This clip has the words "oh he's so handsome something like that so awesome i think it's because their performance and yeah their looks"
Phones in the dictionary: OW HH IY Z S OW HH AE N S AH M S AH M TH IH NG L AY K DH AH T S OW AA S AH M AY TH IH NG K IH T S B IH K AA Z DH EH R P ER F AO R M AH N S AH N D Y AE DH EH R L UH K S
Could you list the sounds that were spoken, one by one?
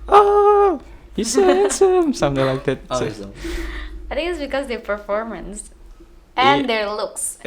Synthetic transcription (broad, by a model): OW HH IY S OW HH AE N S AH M S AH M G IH L AY K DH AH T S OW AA AH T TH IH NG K IH T S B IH K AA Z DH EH P ER F AO R M AH N S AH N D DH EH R L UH K S